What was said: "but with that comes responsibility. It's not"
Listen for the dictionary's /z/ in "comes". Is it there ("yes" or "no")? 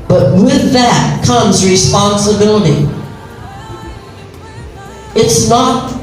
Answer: yes